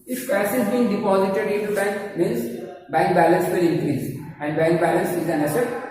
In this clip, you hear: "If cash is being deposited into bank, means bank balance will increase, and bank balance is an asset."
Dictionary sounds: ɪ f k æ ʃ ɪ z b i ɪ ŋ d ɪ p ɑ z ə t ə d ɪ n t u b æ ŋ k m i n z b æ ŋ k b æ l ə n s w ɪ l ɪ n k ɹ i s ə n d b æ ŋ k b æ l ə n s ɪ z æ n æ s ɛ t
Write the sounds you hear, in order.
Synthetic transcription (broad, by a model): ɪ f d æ s ɪ z b i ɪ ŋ d ɪ p ɑ z ə t ə d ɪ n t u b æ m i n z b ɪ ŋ b æ l ə n s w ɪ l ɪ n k ɹ i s ə n d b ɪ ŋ b æ l ə n s ɪ z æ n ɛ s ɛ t